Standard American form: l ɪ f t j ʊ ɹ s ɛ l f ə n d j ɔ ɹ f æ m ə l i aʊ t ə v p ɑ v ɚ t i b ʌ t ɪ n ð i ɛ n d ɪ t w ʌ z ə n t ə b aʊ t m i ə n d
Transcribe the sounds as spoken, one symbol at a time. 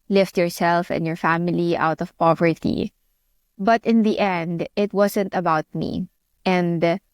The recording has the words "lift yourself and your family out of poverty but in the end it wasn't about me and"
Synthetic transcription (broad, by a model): l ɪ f t j ʊ ɹ s ɛ l f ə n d j ɔ ɹ f æ m ə l i aʊ t ə v p ɑ v ɚ t i b ʌ t ɪ n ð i ɛ n d ɪ t w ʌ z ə n t ə b aʊ t m i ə n d